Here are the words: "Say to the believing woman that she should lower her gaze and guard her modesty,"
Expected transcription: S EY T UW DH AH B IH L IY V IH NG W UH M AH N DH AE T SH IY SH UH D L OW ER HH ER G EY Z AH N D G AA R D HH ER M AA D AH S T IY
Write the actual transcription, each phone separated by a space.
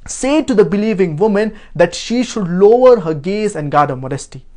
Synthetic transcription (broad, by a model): S EY T UW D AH B IH L IY V IH NG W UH M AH N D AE T SH IY SH UH D L OW ER HH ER G EY Z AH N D G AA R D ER M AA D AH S T IY